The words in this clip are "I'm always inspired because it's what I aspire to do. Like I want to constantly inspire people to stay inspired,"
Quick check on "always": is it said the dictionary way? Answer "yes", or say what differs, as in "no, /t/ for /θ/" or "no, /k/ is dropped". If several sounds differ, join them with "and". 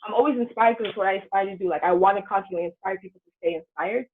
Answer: yes